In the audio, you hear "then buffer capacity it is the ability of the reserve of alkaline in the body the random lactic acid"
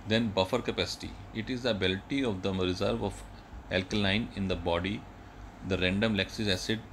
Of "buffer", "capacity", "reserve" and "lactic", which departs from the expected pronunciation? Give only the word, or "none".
lactic